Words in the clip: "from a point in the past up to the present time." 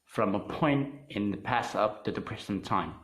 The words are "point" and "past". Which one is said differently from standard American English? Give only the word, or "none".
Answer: past